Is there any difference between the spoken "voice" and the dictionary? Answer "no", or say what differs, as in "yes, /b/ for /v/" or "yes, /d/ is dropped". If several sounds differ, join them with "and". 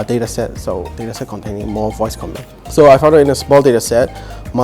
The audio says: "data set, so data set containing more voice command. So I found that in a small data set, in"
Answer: no